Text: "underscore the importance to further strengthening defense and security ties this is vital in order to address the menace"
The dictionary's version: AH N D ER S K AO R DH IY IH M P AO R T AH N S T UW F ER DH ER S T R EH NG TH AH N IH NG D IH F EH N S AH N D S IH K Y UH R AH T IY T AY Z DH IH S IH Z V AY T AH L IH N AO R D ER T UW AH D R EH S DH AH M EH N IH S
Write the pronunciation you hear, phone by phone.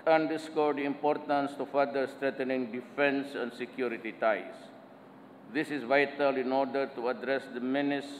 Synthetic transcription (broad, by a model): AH N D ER S K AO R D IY IH M P AO R T AH N S T UW F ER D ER S T R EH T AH N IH NG D IH F EH N S AH N D S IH K Y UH R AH T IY T AY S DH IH S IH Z V AY T AH L IH N AO R D ER T UW AH D R EH S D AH M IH N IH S